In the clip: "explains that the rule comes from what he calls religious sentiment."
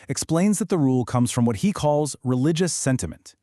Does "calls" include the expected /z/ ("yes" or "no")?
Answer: yes